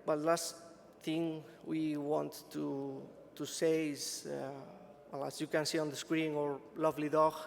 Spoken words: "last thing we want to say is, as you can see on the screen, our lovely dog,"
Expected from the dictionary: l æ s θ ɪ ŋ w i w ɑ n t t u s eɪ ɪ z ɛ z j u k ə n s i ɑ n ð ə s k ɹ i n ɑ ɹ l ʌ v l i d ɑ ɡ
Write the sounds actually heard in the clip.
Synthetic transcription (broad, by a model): l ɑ s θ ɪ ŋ w i w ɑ n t t u s eɪ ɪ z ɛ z j u k ə n s i ɑ n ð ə s k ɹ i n ɑ ɹ l ʌ v l i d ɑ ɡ